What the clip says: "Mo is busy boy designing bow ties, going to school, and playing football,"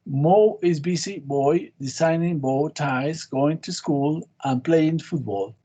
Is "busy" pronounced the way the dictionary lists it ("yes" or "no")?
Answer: no